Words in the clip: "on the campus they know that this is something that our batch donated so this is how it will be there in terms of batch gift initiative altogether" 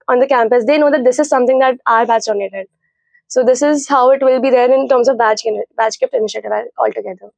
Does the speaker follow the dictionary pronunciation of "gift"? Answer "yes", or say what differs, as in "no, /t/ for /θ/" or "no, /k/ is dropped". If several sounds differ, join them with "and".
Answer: no, /p/ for /f/